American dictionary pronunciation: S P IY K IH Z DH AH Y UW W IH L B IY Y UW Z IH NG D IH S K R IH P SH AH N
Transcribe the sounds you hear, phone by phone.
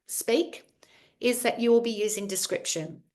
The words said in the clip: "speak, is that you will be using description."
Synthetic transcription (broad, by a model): S P IY K IH Z DH AH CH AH W IH L B IY Y UW Z IH NG D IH S K R IH P SH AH N